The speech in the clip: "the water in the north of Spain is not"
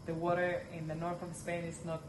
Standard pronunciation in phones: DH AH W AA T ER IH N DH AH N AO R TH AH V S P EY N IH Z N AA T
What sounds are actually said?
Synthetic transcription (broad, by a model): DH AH W AA T ER IH N DH AH N AO R TH AH V S P EY N IH Z N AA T